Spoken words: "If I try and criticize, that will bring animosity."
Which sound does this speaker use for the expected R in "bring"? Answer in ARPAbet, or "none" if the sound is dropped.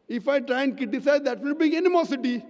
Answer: none